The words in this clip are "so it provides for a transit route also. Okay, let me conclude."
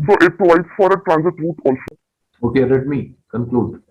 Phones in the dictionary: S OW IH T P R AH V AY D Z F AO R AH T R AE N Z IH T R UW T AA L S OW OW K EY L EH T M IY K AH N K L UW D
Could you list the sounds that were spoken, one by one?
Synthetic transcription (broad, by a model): S OW IH T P L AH IH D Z F AO R AH T R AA N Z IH T R UW T AA L S OW OW K EY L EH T M IY K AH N K L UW D